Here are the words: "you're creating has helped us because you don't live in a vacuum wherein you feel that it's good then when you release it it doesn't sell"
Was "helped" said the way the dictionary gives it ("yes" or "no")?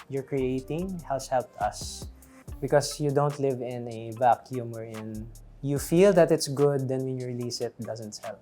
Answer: no